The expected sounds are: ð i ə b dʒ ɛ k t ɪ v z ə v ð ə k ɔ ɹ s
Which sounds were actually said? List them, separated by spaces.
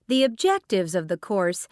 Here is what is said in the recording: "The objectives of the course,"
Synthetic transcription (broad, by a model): ð i ə b dʒ ɛ k t ɪ v z ə v ð ə k ɔ ɹ s